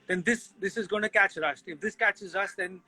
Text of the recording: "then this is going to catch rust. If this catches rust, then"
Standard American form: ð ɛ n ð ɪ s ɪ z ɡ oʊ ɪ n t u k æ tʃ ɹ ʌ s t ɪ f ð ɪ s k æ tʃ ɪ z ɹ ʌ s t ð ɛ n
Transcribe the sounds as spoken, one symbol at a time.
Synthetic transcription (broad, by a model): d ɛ n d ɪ s ɪ z ɡ oʊ ɪ n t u k æ tʃ ɹ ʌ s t ɪ f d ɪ s k æ tʃ ɪ z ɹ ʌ s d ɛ n